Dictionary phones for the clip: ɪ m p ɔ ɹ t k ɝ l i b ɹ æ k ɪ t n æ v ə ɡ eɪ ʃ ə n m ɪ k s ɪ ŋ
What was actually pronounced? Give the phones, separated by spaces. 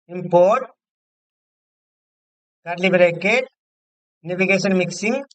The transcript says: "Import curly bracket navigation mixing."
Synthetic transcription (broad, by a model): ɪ m p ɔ ɹ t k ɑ l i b ɹ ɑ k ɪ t n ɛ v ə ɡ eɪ s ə n m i k s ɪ ŋ